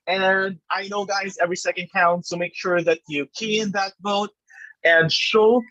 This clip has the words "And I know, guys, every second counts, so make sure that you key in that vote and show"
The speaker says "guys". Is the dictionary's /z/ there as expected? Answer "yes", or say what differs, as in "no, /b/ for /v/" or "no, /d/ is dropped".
yes